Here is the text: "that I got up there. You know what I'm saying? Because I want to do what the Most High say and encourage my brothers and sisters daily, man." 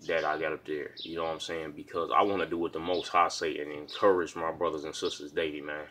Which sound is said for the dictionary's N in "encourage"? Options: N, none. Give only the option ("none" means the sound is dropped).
N